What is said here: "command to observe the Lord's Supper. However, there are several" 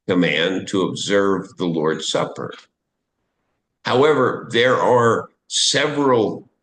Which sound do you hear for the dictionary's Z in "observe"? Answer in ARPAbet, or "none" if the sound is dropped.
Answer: Z